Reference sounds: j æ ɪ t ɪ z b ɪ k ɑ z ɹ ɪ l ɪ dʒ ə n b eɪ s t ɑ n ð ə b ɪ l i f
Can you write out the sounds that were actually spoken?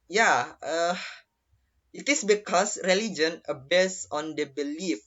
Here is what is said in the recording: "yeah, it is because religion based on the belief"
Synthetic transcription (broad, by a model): j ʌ ɪ t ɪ s b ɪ k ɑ s ɹ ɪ l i dʒ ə n b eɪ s ɑ n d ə b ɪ l i f